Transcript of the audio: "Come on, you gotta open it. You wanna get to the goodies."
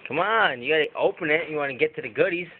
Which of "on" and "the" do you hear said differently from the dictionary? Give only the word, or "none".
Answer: none